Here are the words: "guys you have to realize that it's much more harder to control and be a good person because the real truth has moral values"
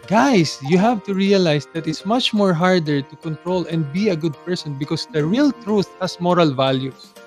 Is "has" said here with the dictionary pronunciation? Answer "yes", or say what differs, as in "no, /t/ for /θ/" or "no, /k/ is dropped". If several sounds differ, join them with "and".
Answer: no, /s/ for /z/